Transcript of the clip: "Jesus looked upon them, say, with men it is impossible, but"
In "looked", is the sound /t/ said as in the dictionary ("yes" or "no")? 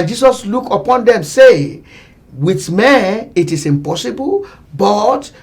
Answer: no